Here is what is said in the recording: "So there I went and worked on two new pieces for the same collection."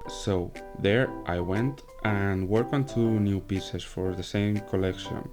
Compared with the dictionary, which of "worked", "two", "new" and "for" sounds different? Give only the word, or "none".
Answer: worked